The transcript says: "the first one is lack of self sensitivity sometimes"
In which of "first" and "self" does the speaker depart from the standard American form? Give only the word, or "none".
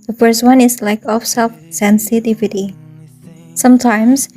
none